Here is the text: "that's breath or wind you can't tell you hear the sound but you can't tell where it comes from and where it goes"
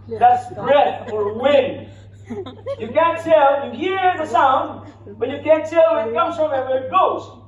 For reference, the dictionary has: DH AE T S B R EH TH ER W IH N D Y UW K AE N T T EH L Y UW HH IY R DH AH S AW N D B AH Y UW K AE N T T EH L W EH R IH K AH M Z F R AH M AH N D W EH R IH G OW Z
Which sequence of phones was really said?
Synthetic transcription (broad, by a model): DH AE T S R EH F ER W IH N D Y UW K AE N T T EH L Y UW HH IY R DH AH S AW N D B AH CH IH K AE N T T EH L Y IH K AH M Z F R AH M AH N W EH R IH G OW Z